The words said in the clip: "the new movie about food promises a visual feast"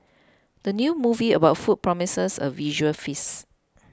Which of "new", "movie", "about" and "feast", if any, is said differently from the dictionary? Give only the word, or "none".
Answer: feast